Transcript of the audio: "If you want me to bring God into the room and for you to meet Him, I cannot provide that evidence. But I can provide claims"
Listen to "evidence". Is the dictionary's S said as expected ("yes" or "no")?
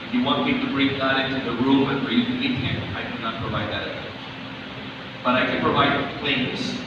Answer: no